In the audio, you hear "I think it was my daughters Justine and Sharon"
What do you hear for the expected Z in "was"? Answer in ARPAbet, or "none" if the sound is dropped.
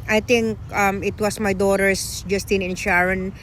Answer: S